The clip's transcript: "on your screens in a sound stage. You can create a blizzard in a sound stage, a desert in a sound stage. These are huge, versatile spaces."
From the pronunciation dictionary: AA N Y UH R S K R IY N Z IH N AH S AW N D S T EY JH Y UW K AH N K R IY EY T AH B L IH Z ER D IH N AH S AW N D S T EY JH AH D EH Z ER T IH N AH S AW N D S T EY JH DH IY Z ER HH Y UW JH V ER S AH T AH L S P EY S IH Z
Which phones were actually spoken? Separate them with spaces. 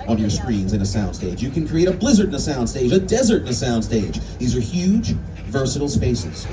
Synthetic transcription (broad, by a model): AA N Y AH R S K R IY N Z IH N AH S AW N D S T EY JH Y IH K AH N K R IY EY T AH B L IH Z ER D IH N AH S AW N D S T EY JH AH D EH Z ER T IH N AH S AW N D S T EY JH DH IY Z ER HH Y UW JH V ER S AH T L S P EY S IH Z